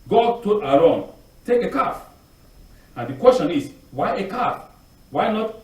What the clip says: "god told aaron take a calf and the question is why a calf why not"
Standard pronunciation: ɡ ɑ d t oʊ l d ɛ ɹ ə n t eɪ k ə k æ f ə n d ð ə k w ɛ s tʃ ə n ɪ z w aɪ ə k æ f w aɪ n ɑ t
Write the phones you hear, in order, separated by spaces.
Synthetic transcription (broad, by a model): ɡ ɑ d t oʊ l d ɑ l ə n t eɪ k ə k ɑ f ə n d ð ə k w ɛ s tʃ ə n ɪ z w aɪ ə k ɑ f w aɪ n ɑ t